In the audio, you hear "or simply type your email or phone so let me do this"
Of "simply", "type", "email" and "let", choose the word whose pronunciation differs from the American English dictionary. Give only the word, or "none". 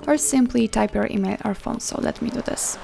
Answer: none